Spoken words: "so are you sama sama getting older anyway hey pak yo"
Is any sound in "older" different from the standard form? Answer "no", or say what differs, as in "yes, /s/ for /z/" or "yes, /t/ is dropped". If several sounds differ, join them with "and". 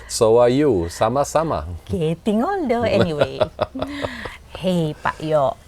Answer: yes, /n/ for /l/